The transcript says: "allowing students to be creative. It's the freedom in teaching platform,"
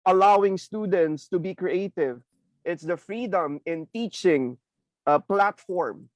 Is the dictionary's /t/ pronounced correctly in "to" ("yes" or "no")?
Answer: yes